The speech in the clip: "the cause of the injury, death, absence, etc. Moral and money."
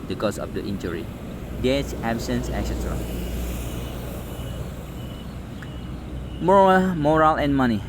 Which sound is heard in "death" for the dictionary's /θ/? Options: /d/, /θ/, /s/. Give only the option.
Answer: /s/